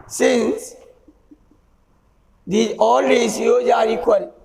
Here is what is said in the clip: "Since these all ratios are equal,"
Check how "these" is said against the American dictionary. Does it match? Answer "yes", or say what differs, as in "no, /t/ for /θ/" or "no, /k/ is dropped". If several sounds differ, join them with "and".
no, /z/ is dropped